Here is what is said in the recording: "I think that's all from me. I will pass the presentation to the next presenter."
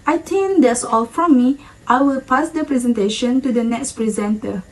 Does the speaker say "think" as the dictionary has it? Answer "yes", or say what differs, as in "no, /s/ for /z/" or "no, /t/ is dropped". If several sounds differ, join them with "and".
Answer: no, /t/ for /θ/